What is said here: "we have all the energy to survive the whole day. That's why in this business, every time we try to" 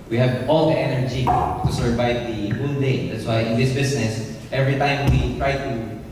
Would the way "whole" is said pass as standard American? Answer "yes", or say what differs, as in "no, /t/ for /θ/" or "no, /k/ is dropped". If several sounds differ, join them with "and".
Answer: no, /n/ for /l/